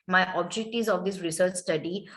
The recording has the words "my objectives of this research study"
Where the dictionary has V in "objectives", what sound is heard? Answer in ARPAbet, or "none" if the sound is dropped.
none